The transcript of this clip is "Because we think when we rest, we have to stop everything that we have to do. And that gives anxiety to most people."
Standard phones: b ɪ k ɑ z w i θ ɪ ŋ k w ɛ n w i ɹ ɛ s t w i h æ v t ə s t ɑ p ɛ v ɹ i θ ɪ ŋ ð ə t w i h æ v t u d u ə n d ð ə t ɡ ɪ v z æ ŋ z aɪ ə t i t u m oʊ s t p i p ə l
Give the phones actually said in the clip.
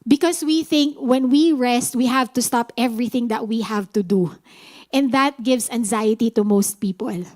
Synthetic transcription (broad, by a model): b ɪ k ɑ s w i θ ɪ ŋ k w ɛ n w i ɹ ɛ s t w i h æ v t ə s t ɑ p ɛ v ɹ i θ ɪ ŋ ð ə t w i h æ v t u d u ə n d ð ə t ɡ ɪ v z æ ŋ z aɪ ə t i t u m oʊ s t p i p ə l